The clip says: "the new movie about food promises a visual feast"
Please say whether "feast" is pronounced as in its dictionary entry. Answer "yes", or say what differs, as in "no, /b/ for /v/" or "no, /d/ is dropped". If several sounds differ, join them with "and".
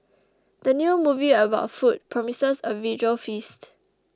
yes